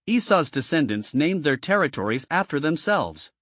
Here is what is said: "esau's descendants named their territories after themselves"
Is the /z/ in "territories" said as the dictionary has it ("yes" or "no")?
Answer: yes